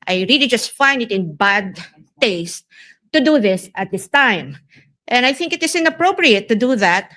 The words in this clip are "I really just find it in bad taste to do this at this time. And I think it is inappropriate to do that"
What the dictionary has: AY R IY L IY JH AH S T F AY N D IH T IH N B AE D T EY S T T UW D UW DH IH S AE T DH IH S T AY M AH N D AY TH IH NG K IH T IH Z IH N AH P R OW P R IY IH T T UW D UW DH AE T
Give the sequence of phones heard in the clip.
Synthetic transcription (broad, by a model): AY R IY L IY JH AH S T F AY N D IH T IH N B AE D T EY S T T UW D UW DH IH S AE T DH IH S T AY M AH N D AY TH IH NG K IH T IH S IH N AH P R OW P R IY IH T T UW D UW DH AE T